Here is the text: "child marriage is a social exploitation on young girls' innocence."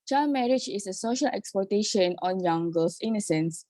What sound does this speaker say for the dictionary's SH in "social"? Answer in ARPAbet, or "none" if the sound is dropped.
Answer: SH